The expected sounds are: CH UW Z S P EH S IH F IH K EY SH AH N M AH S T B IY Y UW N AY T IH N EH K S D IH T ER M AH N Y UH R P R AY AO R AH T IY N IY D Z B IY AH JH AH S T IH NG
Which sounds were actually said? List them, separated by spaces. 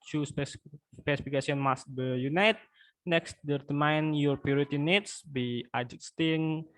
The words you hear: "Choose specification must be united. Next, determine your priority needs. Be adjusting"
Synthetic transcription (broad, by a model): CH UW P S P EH S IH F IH K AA S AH N M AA S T B IY Y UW N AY T N EH K S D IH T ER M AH N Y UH R P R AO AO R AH T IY N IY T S B IY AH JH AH S T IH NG